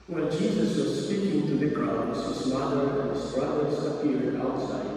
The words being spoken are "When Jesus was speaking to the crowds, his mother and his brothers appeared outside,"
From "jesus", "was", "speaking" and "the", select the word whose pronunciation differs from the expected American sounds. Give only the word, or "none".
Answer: none